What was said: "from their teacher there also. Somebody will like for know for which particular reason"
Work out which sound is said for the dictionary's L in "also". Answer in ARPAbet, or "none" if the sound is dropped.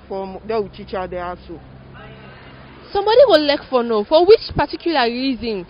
none